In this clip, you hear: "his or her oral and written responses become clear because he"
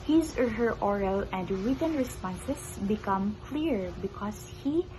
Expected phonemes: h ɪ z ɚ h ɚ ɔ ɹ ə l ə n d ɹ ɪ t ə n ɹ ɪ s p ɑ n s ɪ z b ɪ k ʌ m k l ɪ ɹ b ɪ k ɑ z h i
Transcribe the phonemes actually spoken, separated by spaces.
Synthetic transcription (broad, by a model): h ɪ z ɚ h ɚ ɔ ɹ ə l ə n d ɹ ɪ t ə n ɹ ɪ s p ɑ n s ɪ s b ɪ k ʌ m k l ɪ ɹ b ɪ k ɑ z h i